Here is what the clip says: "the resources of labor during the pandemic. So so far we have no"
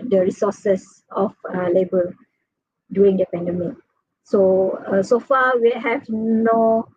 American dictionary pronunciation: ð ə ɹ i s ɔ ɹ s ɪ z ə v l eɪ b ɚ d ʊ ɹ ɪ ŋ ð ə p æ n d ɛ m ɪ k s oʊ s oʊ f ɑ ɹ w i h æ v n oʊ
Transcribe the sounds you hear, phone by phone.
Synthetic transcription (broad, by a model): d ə ɹ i s ɔ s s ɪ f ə l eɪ b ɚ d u ɪ ŋ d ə p æ n d ɛ m ɪ k s oʊ s oʊ f ɑ w i h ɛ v n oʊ